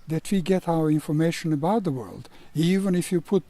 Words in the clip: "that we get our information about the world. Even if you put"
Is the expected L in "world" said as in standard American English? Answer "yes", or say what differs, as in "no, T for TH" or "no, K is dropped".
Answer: yes